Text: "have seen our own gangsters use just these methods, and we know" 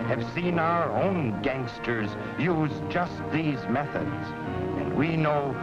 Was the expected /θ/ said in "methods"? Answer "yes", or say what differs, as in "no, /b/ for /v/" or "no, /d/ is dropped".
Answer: yes